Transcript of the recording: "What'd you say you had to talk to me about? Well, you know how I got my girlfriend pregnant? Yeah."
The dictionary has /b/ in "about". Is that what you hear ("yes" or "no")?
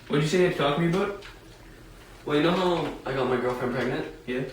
no